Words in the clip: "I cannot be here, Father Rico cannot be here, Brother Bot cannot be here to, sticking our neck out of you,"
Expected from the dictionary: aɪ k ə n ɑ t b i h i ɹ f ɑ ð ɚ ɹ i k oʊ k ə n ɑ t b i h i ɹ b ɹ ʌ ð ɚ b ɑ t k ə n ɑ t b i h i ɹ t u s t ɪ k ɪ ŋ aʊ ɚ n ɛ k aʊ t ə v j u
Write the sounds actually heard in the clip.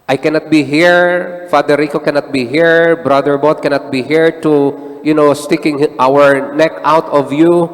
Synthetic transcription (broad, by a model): aɪ k ə n ɑ t b i h i ɹ f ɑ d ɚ ɹ i k oʊ k ə n ɑ t b i h i ɹ b ɹ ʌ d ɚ b ɑ t k ə n ɑ t b i h i ɹ t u s t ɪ k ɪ ŋ aʊ ɚ n ɛ k aʊ t ə v j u